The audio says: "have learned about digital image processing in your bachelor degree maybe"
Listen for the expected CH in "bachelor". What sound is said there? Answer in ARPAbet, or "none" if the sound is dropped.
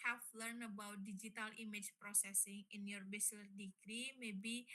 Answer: S